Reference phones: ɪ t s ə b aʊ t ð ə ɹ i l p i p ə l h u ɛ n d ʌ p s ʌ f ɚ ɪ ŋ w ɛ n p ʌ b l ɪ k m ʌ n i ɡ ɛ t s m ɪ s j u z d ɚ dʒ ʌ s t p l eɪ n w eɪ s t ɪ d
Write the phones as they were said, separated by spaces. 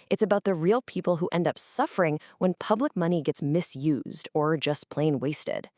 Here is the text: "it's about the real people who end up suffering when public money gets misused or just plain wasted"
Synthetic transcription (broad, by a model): ɪ t s ə b aʊ t ð ə ɹ i l p i p l h u ɛ n d ʌ p s ʌ f ɚ ɪ ŋ w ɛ n p ʌ b l ɪ k m ʌ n i ɡ ɛ t s m ɪ s j u z d ɚ dʒ ʌ s p l eɪ n w eɪ s t ɪ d